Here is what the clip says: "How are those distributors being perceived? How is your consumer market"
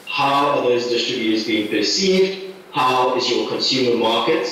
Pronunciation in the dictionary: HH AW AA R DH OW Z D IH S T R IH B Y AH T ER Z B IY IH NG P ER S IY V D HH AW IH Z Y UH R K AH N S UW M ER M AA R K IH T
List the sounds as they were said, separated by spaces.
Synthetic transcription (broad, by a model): HH AW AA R DH OW Z D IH S T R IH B Y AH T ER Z B IY IH NG P ER S IY V D HH AW IH Z Y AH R K AH N S UW M ER M AA R K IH T